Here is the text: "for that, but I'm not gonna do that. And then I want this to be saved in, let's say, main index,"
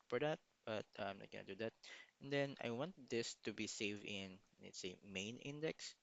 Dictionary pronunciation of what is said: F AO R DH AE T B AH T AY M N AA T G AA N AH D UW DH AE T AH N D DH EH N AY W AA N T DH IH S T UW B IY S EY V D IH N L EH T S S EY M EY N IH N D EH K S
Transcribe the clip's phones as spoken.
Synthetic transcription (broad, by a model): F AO R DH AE T B AH T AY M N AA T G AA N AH D UW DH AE T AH N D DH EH N AY W AA N T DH IH S T UW B IY S EY V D IH N N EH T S S EY M EY N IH N D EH K S